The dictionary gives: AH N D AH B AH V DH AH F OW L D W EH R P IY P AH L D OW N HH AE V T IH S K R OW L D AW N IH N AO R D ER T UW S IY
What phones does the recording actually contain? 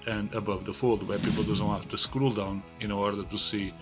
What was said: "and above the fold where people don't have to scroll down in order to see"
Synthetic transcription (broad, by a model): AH N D AH B AH V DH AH F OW L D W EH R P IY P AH L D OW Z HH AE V T IH S K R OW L D AW N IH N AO R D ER T UW S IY